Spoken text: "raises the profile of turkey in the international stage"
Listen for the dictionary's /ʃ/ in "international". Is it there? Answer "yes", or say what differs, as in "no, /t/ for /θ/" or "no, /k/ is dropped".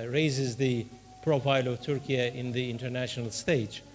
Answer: yes